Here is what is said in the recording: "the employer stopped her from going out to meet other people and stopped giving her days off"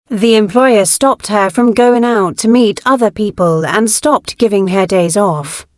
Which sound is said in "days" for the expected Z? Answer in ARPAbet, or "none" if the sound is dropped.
Z